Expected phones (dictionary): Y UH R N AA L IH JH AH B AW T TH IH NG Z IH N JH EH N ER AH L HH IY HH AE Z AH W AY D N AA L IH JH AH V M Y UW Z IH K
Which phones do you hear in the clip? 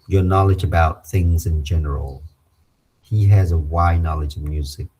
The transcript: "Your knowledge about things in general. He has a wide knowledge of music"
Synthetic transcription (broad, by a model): Y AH R N AA L IH JH AH B AW T TH IH NG Z IH N JH EH N ER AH L HH IY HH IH Z AH W AY N AA L IH JH AH V M Y UW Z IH K